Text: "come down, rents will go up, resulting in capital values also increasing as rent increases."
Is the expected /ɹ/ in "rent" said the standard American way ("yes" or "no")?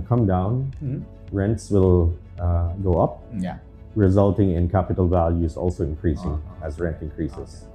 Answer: yes